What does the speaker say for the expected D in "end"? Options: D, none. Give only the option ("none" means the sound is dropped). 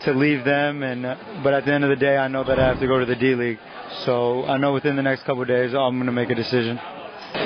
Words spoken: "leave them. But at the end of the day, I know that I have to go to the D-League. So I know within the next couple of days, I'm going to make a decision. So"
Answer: D